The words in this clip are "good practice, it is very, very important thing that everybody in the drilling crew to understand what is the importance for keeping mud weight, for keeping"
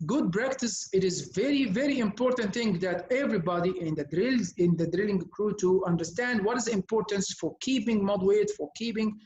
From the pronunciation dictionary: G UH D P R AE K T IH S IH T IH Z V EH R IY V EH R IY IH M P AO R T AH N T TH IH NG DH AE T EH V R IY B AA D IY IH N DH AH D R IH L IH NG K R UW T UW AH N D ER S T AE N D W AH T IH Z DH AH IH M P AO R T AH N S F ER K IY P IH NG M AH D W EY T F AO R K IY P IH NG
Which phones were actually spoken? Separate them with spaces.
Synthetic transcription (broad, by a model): G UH D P R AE K T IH S IH T IH Z V EH R IY V EH R IY IH M P AO R T AH N T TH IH NG DH AE T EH V R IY B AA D IY IH N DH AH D R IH L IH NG K R UW T UW AH N D ER S T AE N D W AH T IH Z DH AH IH M P AO R T AH N S F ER K IY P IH NG M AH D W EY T F AO R K IY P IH NG